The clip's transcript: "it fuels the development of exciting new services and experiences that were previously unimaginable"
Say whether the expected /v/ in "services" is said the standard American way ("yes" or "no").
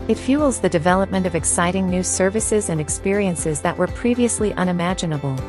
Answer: yes